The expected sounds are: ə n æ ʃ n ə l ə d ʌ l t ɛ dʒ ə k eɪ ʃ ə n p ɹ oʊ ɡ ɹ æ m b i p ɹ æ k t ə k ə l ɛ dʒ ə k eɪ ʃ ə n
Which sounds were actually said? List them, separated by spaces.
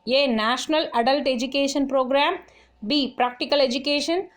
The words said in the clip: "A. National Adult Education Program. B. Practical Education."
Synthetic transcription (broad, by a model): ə n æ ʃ n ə l ə d ʌ l t ɛ dʒ ə k eɪ ʃ ə n p ɹ oʊ ɡ ɹ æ m b i p ɹ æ k t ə k ə l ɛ dʒ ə k eɪ ʃ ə n